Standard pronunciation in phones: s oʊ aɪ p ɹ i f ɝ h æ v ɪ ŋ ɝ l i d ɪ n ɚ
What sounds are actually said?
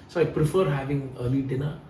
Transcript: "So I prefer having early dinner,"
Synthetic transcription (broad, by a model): s oʊ aɪ p ɹ i f ɝ h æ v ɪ ŋ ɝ l i d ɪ n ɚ